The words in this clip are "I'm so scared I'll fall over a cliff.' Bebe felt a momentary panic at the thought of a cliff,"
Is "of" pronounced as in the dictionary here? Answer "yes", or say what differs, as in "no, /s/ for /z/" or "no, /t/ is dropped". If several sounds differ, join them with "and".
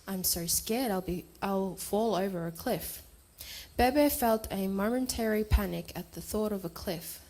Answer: yes